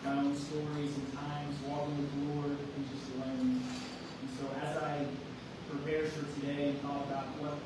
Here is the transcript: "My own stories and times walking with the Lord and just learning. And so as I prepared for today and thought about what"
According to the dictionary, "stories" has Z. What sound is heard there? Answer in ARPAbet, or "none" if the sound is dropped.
Z